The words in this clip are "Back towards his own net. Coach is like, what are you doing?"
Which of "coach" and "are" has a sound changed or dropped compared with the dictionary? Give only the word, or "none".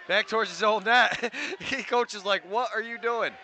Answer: none